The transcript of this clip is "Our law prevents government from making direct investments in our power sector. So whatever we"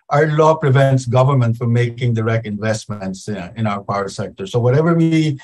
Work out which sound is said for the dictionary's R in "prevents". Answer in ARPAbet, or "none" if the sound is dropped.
R